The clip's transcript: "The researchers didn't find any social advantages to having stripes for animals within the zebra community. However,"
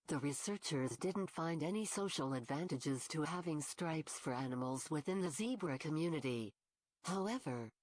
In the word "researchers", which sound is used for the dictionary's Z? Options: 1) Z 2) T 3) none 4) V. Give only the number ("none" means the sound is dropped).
1